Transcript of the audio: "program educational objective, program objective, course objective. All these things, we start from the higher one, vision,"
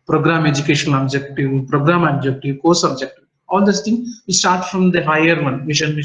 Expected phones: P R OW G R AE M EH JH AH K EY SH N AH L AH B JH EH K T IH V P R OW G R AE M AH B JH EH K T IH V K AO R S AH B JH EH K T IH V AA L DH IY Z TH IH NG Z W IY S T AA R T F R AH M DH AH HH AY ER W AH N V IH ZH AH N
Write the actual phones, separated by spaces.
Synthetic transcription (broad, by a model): P R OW G R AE M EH JH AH K EY SH AH N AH B JH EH K T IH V P R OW G R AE M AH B JH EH K T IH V K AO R S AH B JH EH K T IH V AA L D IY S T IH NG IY S T AA R T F R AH M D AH HH AY ER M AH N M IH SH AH N